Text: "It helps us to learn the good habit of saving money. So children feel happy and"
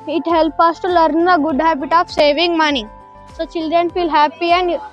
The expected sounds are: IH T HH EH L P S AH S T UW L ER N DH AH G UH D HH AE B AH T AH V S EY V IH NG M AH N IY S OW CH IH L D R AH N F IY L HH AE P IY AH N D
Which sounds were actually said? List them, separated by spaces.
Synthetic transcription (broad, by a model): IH T HH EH L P AH S T UW L ER N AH G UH D HH AE B AH T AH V S EY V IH NG M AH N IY S OW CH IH L D R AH N F IY L HH AE P IY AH N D